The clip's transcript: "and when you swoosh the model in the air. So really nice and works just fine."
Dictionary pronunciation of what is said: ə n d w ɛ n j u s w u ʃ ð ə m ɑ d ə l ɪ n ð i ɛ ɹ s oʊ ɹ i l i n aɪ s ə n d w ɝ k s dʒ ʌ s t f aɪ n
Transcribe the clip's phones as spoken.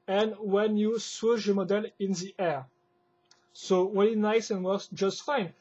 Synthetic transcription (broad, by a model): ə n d w ɛ n j u s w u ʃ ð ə m ɑ d ə l ɪ n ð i ɛ ɹ s oʊ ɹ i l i n aɪ s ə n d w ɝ s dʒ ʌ s t f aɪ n